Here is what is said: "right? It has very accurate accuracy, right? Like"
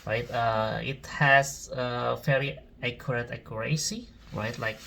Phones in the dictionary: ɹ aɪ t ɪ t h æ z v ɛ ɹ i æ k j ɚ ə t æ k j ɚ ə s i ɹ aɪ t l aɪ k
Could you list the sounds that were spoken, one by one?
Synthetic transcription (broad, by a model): ɹ aɪ t ɪ t h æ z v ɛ l i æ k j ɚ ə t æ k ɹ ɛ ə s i ɹ aɪ t l aɪ k